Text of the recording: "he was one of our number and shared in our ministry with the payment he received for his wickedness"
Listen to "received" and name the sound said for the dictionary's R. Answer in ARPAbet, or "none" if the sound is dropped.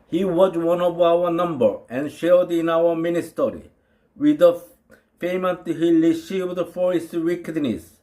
L